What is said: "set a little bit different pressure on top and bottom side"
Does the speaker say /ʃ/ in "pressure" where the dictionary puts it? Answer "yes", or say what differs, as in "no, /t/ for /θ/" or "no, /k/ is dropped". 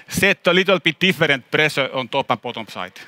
no, /s/ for /ʃ/